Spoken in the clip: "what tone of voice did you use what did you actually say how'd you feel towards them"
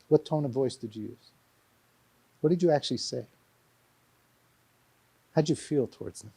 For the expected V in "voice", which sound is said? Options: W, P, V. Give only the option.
V